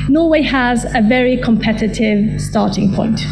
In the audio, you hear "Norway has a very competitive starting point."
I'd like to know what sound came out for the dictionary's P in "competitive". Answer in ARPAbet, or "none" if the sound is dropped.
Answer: P